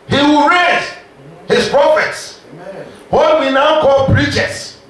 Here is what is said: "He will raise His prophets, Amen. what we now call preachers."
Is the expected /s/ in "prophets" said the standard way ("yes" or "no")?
yes